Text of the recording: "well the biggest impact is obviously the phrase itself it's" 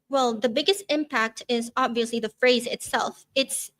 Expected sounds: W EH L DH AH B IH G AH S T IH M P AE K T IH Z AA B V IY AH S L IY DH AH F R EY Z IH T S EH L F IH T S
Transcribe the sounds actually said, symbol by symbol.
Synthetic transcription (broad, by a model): W EH L DH AH B IH G AH S T IH M P AE K T IH Z AA B V IY AH S L IY DH AH F R EY Z IH T S EH L F IH T S